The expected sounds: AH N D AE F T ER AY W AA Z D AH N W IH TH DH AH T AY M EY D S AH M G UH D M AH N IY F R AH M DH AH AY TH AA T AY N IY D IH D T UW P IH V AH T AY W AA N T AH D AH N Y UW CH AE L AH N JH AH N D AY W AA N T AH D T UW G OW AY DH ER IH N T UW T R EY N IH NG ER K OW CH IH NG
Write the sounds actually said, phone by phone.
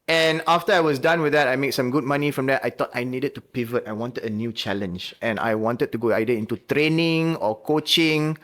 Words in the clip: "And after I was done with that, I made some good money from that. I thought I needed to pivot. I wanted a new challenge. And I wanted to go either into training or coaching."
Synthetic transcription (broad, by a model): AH N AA F T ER AY W AA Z D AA N W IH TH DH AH T AY M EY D S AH M G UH D M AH N IY F R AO M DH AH AY T AA T AY N IY D IH D T UW P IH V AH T AY W AA N T AH D AH N Y UW CH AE L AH N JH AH N AY W AA N T AH D T UW G OW AY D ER IH N T UW T R EY N IH NG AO K OW CH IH NG